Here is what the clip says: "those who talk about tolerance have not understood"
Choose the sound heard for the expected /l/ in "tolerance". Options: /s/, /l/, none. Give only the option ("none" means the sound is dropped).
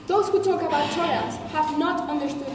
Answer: none